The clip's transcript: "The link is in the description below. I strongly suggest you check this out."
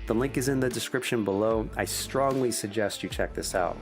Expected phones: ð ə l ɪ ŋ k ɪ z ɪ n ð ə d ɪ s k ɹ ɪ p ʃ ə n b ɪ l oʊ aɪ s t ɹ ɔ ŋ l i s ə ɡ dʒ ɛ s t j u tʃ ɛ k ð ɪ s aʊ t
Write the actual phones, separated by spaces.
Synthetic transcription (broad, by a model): ð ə l ɪ ŋ k ɪ z ɪ n ð ə d ɪ s k ɹ ɪ p ʃ ə n b ɪ l oʊ aɪ s t ɹ ɔ ŋ l i s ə ɡ dʒ ɛ s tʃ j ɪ tʃ ɛ k ð ɪ s aʊ t